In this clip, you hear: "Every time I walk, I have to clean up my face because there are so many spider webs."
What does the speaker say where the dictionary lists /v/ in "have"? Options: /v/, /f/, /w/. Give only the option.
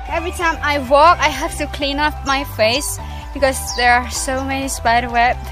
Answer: /f/